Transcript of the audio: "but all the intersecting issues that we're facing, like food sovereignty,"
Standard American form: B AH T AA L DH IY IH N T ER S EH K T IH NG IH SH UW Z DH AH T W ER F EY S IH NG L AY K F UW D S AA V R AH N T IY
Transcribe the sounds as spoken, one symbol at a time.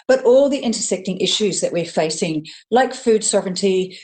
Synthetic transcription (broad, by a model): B AH T AA L DH IY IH N T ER S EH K T IH NG IH SH UW Z DH AH T W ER F EY S IH NG L AY K F UW D S AA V R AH N T IY